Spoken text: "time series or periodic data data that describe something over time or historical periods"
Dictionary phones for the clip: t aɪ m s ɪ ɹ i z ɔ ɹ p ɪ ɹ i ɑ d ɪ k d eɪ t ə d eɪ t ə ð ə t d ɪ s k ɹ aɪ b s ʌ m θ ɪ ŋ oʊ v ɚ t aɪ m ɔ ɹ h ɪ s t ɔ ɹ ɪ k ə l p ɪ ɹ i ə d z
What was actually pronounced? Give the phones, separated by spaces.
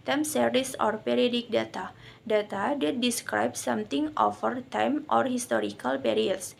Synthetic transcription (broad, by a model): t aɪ m s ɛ ɹ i s ɔ ɹ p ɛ ɹ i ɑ d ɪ k d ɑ t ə d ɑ t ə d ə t d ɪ s k ɹ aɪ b s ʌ m t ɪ ŋ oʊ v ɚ t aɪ m ɔ ɹ h ɪ s t ɔ ɹ ɪ k ə l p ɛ ɹ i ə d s